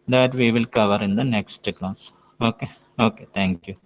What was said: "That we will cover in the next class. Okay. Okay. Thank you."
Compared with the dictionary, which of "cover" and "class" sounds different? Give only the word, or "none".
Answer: class